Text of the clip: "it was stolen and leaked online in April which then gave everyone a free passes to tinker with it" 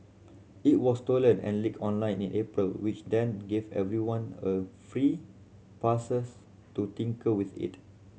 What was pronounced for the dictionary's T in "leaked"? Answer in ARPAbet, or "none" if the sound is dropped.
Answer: none